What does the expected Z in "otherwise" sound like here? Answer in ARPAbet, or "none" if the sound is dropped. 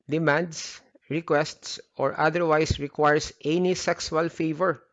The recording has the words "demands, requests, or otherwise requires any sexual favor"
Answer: S